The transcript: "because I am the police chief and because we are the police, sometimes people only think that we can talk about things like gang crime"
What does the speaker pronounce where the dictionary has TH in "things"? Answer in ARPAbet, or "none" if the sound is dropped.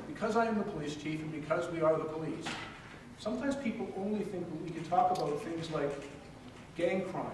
TH